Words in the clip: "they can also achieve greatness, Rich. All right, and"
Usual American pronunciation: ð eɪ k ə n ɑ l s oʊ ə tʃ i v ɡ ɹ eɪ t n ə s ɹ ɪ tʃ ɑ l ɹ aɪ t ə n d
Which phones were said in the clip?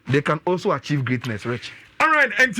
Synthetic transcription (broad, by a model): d eɪ k ə n ɑ l s oʊ ə tʃ i v ɡ ɹ eɪ t n ə s ɹ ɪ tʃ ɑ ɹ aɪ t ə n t